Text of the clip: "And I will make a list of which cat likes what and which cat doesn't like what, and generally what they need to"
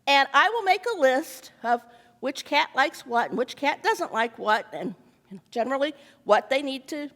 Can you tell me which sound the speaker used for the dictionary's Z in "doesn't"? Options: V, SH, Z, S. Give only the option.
Z